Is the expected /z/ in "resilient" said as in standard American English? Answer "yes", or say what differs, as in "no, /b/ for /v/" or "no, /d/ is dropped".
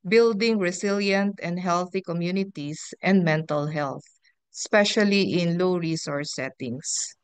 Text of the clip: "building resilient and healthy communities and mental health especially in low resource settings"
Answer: no, /s/ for /z/